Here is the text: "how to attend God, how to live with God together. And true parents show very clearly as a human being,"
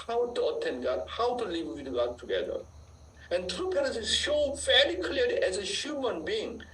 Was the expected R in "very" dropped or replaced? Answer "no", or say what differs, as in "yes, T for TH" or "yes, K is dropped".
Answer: yes, L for R